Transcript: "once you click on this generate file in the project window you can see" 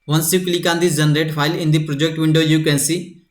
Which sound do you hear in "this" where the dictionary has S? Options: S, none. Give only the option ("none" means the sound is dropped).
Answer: none